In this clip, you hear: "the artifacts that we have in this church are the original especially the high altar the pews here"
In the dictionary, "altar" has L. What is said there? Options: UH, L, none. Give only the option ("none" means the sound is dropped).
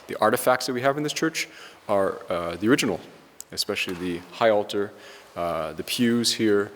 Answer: L